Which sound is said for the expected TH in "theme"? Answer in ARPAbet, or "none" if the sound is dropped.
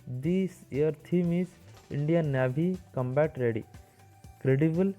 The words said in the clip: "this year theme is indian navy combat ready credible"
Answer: T